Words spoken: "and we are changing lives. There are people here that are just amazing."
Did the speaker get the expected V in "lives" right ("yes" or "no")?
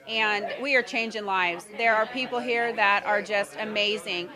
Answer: yes